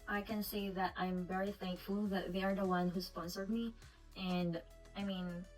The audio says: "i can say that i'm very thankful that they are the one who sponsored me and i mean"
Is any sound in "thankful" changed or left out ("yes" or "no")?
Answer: no